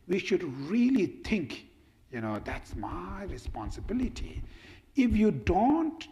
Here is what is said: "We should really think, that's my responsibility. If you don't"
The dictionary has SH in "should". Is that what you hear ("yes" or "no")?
yes